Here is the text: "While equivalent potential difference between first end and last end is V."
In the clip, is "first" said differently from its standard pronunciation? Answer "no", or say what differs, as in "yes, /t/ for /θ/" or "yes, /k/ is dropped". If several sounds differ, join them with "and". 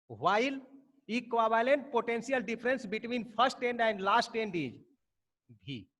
yes, /p/ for /f/